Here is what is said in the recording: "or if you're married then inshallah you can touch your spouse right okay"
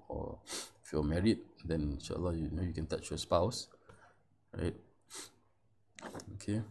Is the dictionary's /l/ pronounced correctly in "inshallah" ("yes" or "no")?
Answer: no